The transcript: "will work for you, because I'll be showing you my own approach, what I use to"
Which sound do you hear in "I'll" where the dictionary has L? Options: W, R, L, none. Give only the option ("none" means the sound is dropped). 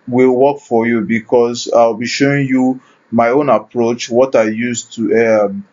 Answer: W